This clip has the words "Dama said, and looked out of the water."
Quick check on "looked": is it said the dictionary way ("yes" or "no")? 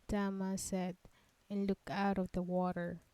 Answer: no